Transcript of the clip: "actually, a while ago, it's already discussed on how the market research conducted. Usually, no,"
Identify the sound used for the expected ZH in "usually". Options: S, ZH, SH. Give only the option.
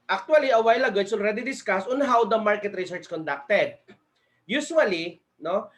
SH